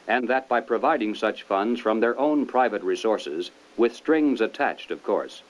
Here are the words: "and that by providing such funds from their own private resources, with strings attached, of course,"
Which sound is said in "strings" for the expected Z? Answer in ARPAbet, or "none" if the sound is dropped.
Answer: Z